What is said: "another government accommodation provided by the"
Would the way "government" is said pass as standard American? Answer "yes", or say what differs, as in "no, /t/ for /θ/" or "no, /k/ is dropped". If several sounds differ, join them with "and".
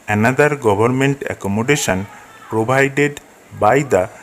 no, /b/ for /v/